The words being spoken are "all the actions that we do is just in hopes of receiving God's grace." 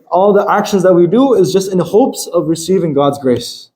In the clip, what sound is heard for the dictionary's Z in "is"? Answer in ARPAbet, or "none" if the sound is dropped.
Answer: Z